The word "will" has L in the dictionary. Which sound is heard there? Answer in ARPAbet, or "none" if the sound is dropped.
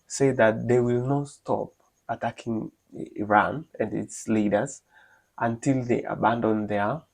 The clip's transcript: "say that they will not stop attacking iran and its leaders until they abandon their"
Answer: L